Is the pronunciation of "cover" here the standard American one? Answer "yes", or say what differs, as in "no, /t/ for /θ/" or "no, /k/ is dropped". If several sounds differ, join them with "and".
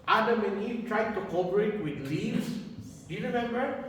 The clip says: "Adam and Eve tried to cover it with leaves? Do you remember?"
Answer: no, /p/ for /v/